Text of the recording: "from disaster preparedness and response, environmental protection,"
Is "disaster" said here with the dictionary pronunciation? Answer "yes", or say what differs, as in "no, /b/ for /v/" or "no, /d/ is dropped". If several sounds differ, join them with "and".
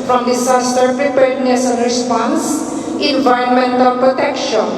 no, /s/ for /z/